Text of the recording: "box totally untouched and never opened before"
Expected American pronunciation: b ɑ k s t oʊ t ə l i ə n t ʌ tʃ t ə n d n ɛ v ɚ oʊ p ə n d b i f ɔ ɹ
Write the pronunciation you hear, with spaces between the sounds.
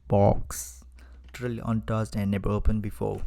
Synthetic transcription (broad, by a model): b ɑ k s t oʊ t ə l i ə n t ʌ s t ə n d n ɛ b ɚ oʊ p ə n b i f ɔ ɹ